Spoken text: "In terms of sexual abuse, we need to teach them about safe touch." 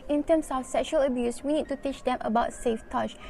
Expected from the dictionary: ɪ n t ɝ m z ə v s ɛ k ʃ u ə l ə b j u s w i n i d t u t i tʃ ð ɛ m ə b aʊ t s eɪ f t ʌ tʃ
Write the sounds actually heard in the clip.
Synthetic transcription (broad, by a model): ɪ n t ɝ m s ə f s ɛ k ʃ u ə l ə b j u s w i n i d t u t i tʃ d ɛ m ə b aʊ t s eɪ f t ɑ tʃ